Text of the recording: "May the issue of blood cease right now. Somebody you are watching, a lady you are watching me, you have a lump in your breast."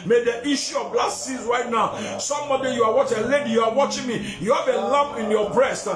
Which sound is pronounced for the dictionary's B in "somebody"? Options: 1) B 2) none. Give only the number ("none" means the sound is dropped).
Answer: 2